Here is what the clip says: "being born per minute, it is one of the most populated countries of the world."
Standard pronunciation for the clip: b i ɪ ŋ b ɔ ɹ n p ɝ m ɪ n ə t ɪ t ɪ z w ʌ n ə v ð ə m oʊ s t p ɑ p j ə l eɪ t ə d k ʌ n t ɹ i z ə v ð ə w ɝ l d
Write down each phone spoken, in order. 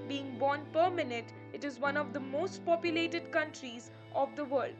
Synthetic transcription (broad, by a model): b i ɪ ŋ b ɔ n p ɝ m ɪ n ə t ɪ t ɪ z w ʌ n ə v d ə m oʊ s t p ɑ p j ə l eɪ t ə d k ʌ n t ɹ i z ə v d ə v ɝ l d